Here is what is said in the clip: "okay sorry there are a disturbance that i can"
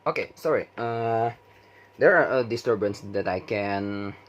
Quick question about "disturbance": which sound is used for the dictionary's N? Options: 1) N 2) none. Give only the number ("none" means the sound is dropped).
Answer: 1